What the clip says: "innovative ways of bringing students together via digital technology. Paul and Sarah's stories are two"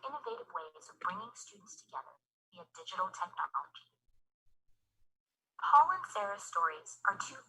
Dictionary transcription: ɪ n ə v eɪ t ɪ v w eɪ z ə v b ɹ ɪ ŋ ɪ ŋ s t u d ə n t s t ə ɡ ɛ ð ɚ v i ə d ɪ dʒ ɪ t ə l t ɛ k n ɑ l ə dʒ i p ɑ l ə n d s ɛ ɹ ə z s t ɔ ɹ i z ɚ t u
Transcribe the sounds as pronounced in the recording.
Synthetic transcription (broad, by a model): ɪ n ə v eɪ t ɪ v w eɪ z ə v b ɹ ɪ ŋ ɪ ŋ s t u d n t s t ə ɡ ɛ ð ɚ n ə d ɪ dʒ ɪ t l t ɛ k n ɑ l ə dʒ i p ɑ l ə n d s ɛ ɹ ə s t ɔ ɹ i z ɚ t u